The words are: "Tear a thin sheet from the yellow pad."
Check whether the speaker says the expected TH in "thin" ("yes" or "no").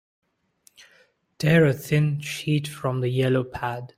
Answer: yes